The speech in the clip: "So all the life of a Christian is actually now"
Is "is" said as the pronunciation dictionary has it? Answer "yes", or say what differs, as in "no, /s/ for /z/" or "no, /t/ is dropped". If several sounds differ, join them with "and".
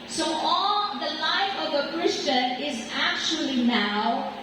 yes